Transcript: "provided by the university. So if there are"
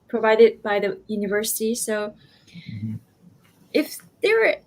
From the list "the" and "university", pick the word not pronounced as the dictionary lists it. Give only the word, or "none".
none